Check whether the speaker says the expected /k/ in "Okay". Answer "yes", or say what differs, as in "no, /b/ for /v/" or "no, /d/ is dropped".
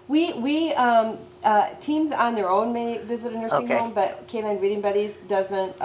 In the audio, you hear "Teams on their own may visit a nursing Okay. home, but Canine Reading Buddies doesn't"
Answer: no, /k/ is dropped